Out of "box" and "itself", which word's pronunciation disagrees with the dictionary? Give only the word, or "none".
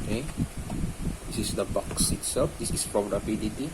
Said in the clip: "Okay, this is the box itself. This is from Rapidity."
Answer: itself